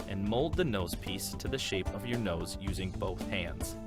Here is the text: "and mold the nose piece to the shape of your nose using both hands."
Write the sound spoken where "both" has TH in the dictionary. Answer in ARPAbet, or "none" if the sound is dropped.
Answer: TH